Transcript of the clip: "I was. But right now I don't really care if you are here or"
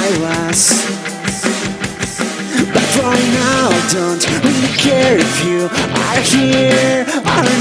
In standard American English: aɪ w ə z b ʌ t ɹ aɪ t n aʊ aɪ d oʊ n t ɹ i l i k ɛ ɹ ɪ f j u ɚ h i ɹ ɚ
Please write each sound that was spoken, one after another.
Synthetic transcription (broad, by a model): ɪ w ə z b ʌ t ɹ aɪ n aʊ d oʊ n t w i i k ɛ ɹ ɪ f j u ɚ h i ɹ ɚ